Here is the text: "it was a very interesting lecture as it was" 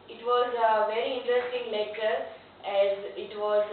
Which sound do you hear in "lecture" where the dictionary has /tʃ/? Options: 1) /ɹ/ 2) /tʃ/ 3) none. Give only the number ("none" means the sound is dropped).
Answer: 3